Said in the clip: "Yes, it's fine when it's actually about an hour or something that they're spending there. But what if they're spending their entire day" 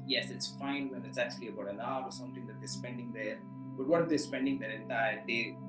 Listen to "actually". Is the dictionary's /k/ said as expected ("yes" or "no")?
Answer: yes